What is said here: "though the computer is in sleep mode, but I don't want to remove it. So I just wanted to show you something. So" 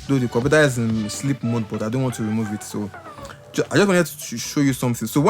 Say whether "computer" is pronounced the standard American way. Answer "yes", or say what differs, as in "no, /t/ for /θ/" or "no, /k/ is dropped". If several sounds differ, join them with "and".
no, /m/ is dropped